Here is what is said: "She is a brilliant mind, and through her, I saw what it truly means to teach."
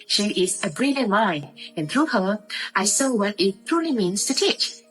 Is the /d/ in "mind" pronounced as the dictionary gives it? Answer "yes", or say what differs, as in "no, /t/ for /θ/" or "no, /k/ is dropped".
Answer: no, /d/ is dropped